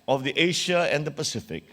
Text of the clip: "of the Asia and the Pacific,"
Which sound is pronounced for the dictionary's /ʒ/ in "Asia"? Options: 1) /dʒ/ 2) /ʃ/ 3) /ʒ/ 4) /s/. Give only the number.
2